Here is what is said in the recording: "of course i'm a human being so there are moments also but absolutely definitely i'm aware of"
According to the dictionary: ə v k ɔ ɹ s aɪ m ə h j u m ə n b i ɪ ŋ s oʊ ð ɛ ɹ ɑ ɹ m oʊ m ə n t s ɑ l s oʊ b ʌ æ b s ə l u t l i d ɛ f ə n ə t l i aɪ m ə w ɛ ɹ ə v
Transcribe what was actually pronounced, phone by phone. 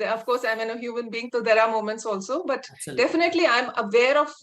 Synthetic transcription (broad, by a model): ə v k ɔ ɹ s aɪ m ə h j u m ə n b i ɪ ŋ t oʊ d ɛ ɹ ɑ ɹ m oʊ m ə n t s ɑ l s oʊ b b ə t d ɛ f ə n ə t l i aɪ m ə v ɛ ɹ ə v